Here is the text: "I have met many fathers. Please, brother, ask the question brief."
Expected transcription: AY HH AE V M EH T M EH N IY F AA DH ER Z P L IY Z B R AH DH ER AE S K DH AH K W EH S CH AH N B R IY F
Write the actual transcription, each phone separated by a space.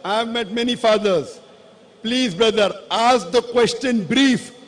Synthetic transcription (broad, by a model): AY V M EH T M EH N IY F AA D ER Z P L IY Z B R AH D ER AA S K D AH K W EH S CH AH N B R IY F